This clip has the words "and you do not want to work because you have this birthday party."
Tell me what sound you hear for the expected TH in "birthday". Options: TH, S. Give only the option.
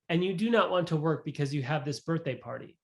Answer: TH